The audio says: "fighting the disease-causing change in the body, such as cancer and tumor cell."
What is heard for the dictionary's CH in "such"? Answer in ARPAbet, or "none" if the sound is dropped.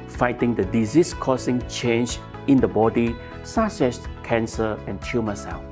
S